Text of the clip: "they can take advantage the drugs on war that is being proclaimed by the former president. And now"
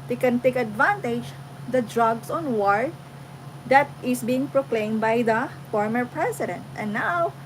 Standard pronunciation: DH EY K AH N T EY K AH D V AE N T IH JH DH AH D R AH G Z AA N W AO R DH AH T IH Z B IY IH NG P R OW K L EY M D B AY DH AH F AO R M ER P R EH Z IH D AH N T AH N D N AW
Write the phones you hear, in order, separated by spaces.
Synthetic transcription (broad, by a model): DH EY K AH N T EY K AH D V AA N T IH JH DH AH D R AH G S AA N W AO R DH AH T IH S B IY IH NG P R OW K L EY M B AY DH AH F AO R M ER P R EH S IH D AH N T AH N N AW